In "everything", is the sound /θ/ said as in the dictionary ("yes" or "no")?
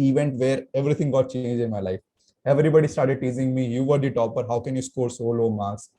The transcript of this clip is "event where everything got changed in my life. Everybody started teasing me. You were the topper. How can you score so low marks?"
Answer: no